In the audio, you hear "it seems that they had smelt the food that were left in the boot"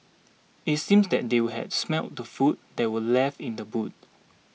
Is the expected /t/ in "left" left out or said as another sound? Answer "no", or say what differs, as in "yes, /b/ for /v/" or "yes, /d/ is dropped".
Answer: yes, /t/ is dropped